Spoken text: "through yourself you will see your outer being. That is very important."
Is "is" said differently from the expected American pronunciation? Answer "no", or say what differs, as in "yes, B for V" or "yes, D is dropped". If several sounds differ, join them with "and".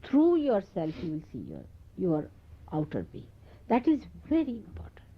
no